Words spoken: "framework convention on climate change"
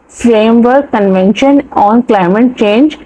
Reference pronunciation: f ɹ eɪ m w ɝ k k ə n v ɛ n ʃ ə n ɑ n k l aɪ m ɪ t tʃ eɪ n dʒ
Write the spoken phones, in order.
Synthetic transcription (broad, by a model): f ɹ eɪ m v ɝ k k ə n v ɛ n ʃ ə n ɑ n k l aɪ m ɪ t tʃ eɪ n dʒ